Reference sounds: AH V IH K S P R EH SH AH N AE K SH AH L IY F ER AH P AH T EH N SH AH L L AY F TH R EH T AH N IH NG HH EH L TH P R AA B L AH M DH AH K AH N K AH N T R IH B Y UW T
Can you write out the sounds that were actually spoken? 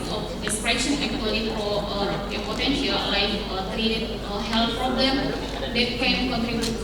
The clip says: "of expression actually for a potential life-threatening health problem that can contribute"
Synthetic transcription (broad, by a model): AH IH S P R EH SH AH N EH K AH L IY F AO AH P AH T EH N SH AH L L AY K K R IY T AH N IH HH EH L T P R AA B L AH M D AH K AH N K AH N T R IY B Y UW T